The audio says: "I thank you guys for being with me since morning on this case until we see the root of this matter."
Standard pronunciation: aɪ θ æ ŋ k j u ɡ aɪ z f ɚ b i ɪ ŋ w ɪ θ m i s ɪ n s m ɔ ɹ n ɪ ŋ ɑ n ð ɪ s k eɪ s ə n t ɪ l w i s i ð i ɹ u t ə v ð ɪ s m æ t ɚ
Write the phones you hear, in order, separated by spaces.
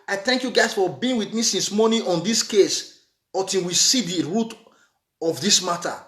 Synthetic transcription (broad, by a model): aɪ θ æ ŋ k j u ɡ aɪ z f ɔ b i ɪ ŋ w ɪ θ m i s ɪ n s m ɔ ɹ n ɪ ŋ ɑ n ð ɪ s k eɪ s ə t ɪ w i s i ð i ɹ u t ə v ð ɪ s m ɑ t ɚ